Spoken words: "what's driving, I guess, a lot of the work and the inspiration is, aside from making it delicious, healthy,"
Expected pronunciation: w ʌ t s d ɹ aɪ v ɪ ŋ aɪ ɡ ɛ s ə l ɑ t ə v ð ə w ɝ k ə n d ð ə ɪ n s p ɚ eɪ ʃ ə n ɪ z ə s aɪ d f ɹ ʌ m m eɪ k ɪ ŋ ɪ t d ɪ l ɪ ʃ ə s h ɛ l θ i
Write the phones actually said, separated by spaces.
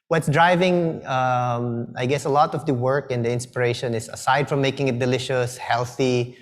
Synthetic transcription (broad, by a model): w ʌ t s d ɹ aɪ v ɪ ŋ aɪ ɡ ɛ s ə l ɑ t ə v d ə w ɝ k ə n d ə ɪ n s p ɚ eɪ ʃ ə n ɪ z ə s aɪ d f ɹ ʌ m m eɪ k ɪ ŋ ɪ t d ɪ l ɪ ʃ ə s h ɛ l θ i